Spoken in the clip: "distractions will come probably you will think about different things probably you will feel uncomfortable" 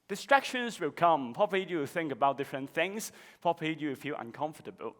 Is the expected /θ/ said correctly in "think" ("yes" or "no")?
yes